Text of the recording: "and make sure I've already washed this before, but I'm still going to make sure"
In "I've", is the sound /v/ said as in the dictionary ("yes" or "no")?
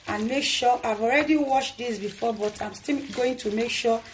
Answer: yes